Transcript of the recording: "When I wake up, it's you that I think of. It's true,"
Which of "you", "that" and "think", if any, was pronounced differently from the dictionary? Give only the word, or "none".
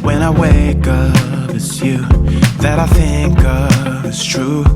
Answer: none